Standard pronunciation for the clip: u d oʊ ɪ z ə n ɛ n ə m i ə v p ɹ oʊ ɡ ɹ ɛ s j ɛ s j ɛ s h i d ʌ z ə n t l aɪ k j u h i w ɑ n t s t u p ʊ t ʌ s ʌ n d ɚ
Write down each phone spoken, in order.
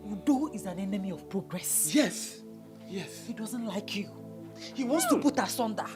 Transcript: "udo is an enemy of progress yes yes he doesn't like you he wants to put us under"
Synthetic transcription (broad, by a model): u d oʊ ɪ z ə n ɛ n ə m i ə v p ɹ oʊ ɡ ɹ ɛ s j ɛ s j ɛ s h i d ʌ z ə n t l aɪ k j u h i w ɑ n t s t u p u t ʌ s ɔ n d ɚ